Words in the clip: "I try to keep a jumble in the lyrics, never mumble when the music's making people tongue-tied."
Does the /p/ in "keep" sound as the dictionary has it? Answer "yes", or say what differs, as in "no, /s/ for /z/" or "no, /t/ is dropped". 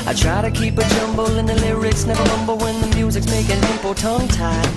yes